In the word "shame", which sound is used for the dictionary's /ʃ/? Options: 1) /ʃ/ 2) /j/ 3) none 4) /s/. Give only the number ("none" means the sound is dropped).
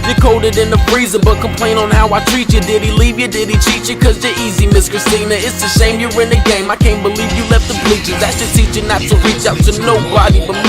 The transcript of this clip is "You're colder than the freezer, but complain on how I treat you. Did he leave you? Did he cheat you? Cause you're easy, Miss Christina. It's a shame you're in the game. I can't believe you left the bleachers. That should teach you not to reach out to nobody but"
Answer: 4